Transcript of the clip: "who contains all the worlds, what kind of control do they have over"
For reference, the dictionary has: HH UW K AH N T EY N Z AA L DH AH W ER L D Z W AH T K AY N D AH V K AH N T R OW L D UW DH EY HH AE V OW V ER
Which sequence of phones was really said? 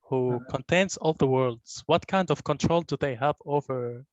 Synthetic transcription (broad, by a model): HH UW K AH N T EY N Z AA L DH AH W ER L D Z W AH T K AY N D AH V K AH N T R OW L D UW DH EY HH AE V OW V ER